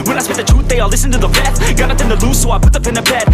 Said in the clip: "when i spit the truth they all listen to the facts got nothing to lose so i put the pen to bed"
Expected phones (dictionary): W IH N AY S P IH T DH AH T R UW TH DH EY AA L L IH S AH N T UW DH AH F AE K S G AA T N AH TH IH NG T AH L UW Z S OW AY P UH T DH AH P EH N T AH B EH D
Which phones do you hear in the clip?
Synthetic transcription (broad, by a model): W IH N AY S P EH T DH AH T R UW T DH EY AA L L IH S AH N T UW DH AH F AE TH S G AA T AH T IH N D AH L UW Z S OW AY P UH T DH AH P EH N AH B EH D